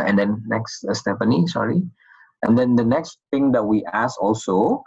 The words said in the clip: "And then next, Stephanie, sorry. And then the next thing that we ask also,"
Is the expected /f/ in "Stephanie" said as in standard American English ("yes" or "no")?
no